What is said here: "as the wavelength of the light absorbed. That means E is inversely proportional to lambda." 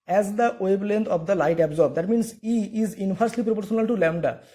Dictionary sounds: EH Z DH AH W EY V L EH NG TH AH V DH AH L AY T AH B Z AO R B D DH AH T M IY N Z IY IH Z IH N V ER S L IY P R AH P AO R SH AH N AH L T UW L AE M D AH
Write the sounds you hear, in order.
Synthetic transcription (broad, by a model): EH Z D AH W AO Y L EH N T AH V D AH L AY T AH B Z AO R B D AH T M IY N S IY IH Z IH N F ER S L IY P R AH P AO R SH AH N AH L T UW L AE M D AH